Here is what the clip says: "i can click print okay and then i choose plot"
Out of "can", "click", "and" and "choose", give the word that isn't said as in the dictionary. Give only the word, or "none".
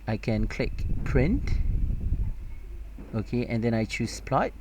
choose